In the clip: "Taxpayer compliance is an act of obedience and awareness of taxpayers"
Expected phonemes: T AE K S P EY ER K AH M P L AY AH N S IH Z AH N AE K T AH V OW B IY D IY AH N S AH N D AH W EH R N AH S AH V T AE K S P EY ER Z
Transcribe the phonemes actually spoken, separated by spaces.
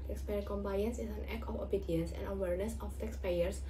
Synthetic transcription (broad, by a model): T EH K S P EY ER K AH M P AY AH N S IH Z AH N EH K AH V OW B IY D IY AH N S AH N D AH W EH R N AH S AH F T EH K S P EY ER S